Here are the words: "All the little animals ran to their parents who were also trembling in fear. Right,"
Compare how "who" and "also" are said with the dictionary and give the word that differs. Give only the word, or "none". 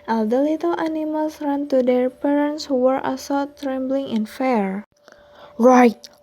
also